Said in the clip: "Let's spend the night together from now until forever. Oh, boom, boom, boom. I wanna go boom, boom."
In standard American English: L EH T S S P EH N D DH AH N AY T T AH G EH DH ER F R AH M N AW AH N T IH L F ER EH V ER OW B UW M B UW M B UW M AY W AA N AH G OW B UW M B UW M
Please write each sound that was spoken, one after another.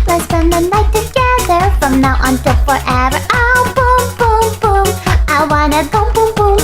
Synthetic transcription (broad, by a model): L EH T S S EH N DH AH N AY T T AH G EH DH ER F R AH M N AW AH N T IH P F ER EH V ER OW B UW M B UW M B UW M AY W AA N AH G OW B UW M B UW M